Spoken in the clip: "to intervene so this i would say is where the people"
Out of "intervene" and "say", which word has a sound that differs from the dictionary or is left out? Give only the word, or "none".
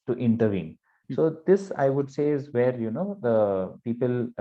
none